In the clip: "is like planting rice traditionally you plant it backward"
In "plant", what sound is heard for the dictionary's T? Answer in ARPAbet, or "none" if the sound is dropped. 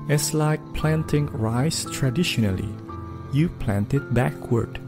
T